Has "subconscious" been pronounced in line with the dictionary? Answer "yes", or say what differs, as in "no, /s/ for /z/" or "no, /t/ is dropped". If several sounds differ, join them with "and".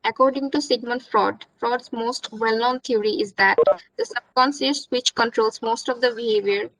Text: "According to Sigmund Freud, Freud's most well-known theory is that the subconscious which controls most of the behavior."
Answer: no, /s/ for /ʃ/